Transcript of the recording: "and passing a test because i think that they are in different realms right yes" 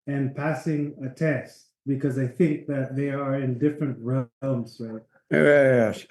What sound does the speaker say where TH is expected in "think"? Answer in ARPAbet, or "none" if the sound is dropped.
TH